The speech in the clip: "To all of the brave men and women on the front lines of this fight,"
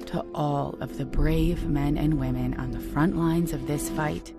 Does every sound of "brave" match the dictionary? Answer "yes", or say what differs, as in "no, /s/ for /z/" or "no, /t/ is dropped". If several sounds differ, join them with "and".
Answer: yes